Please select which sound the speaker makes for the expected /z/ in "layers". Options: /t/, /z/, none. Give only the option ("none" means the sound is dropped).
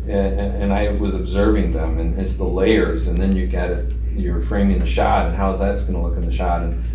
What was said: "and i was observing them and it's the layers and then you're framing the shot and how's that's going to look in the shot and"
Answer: /z/